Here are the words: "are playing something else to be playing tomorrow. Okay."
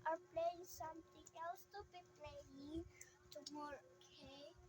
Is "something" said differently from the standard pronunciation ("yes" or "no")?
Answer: yes